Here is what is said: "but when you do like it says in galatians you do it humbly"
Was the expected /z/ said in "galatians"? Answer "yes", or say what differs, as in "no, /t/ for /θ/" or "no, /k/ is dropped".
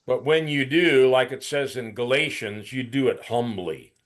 yes